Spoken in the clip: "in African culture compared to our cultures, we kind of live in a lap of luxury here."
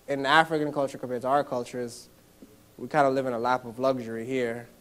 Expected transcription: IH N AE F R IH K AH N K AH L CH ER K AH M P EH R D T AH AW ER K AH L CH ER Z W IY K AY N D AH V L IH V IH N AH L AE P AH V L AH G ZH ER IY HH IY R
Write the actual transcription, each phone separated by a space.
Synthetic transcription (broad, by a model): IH N AE F R IH K AH N K AH L CH ER K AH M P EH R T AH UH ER K AH L CH ER Z W IY K AY N D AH L IH V IH N AH L AE P AH V L AH G ZH ER IY HH IY R